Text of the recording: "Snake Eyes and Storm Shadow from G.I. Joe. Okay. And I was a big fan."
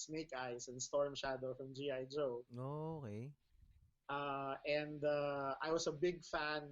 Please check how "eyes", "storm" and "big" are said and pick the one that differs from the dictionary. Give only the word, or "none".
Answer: eyes